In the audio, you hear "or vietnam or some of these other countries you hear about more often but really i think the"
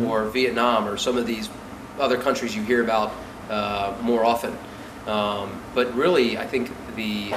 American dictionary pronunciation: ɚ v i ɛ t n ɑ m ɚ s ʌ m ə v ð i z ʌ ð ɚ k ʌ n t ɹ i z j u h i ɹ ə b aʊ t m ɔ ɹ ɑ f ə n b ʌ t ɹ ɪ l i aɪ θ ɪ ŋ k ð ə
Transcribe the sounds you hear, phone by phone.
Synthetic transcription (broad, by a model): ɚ v i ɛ t n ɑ m ɚ s ʌ m ə v ð i z ʌ ð ɚ k ʌ n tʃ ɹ i z j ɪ h i ɹ ə b aʊ t m ɔ ɹ ɑ f ə n b ʌ t ɹ ɪ l i aɪ θ ɪ ŋ k ð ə